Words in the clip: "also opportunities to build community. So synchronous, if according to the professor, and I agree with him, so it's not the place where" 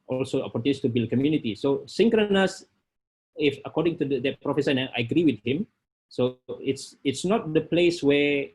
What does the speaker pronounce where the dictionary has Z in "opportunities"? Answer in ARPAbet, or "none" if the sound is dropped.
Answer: none